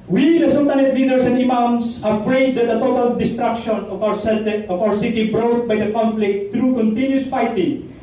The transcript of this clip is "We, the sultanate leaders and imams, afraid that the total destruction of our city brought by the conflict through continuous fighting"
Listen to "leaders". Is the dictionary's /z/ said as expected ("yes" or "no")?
no